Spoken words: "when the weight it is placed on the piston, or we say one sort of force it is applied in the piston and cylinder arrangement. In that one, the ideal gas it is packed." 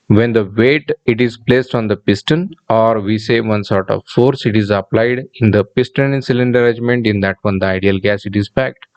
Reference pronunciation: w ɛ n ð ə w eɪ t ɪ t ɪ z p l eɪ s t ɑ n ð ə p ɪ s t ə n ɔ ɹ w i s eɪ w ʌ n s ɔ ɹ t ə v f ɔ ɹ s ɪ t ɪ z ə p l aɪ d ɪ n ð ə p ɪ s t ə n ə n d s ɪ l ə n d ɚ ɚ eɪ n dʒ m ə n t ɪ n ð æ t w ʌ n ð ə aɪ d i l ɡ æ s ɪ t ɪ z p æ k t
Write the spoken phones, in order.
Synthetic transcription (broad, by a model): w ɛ n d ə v eɪ t ɪ t ɪ z p l eɪ s t ɑ n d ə p ɪ s t ə n ɔ ɹ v i s eɪ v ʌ n s ɔ ɹ t ə v f ɔ ɹ s ɪ t ɪ z ə p l aɪ d ɪ n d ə p ɪ s t ə n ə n s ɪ l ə n d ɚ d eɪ dʒ m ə n t ɪ n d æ t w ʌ n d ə aɪ d i l ɡ æ s ɪ t ɪ z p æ k t